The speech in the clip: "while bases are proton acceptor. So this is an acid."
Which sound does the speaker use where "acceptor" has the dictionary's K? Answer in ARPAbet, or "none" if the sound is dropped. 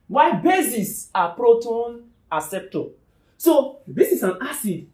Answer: none